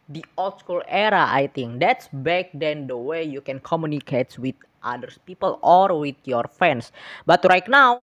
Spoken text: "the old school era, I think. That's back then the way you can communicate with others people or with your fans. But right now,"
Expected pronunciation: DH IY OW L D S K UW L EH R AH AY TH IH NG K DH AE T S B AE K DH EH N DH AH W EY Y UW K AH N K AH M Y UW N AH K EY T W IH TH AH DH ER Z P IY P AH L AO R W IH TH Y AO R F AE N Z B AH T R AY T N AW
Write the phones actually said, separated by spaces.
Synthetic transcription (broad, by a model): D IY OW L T S K UW L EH R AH AY T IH NG K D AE T S B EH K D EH N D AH W EY Y UW K AH N K AH M Y UW N AH K EY T W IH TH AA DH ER S P IY P AH L AO R W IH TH Y AO R F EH N S B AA T R AY T N AW